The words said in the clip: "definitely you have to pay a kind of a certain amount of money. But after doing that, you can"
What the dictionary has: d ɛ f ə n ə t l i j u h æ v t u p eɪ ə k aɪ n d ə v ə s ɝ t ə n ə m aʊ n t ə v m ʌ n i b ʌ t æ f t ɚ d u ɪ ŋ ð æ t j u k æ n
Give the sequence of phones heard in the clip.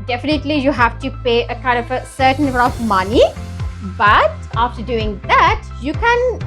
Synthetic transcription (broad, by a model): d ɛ f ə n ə t l i j u h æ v t u p eɪ ə k aɪ n d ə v ə s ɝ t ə n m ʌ t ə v m ʌ n i b ʌ t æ f t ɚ d u ɪ ŋ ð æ t j u k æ n